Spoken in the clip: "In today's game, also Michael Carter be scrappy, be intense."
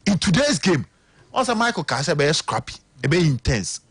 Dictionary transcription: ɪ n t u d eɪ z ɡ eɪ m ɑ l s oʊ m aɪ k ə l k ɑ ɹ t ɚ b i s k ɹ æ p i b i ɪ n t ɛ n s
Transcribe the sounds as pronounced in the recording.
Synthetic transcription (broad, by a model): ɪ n t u d eɪ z ɡ eɪ m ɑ s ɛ m aɪ k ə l k ɑ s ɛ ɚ b i s k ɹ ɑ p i b i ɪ n t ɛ n s